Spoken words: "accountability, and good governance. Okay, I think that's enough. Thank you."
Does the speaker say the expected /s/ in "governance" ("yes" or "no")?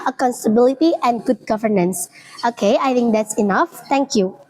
yes